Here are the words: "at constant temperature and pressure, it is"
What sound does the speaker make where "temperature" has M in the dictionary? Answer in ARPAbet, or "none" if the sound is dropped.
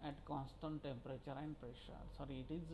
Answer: M